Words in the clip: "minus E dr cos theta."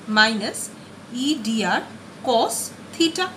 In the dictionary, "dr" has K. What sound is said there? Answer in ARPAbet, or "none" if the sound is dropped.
none